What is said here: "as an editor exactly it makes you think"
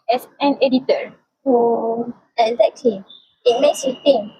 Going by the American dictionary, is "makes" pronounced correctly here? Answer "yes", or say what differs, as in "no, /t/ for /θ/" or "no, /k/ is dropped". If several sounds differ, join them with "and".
yes